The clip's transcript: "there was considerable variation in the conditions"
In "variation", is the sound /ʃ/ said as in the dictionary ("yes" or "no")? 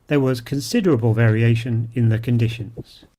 yes